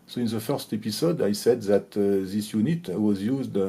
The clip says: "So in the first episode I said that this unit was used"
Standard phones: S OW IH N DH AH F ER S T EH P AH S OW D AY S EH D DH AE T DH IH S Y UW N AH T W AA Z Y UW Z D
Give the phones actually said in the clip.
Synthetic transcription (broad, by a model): S OW IH N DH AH F ER S T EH P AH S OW D AY S EH D DH AE T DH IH S Y UW N AH T W AA Z Y UW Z D